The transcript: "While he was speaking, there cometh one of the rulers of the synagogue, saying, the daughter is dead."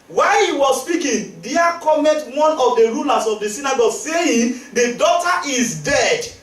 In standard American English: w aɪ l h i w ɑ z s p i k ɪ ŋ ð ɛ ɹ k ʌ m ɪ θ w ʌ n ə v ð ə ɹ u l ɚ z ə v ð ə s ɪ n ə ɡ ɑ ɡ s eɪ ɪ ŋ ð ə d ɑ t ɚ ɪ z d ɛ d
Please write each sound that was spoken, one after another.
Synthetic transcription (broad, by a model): w aɪ h i w ɑ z s p i k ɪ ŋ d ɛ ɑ k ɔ m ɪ t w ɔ n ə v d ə ɹ u l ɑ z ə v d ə s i n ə ɡ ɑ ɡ s eɪ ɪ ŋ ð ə d ɑ t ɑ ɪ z d ɛ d